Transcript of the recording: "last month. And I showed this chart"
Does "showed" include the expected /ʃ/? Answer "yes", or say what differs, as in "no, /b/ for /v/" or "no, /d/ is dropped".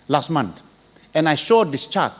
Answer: yes